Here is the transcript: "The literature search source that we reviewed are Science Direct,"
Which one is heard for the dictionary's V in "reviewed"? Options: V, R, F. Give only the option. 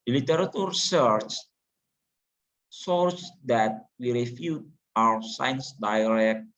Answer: F